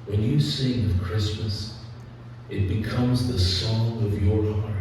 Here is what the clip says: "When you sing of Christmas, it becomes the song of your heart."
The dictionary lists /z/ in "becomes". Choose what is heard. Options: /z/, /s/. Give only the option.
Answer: /z/